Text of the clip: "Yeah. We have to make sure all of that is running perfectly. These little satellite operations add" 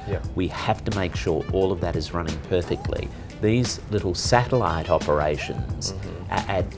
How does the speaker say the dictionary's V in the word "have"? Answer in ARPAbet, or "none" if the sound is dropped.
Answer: F